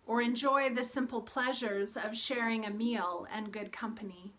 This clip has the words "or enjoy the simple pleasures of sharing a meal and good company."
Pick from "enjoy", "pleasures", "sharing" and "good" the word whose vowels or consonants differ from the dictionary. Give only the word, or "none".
none